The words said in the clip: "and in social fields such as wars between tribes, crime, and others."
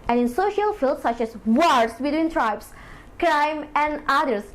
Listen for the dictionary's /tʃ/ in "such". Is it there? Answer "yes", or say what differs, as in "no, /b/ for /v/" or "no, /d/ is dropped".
yes